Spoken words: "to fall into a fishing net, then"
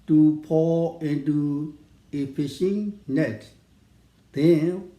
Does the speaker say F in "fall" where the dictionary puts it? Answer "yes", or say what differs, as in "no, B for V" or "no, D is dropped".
no, P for F